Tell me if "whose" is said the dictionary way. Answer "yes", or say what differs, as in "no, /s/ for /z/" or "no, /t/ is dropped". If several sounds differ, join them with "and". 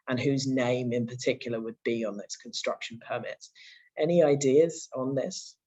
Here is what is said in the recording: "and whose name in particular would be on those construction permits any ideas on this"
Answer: yes